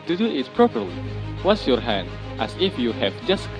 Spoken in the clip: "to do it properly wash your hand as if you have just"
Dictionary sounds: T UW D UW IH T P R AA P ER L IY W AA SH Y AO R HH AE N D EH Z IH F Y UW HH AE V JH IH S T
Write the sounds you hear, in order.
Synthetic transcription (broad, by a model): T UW D UW IH T P R AA P ER L IY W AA S Y AO R HH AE N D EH S IH F Y UW HH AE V JH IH S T